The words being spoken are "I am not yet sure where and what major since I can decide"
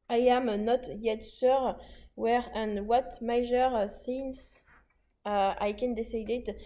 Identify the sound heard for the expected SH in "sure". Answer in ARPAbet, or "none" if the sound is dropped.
S